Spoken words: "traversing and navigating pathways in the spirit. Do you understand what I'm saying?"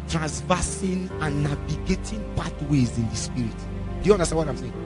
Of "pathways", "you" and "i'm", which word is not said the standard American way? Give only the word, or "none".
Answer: pathways